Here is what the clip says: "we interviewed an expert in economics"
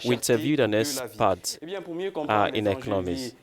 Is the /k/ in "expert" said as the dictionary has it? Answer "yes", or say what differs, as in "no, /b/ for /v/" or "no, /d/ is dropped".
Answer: no, /k/ is dropped